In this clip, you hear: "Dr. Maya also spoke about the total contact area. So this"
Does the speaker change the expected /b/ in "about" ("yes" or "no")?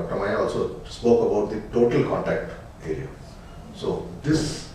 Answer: no